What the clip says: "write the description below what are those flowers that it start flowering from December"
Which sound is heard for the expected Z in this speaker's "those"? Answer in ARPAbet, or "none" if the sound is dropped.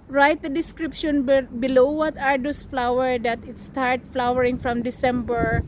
S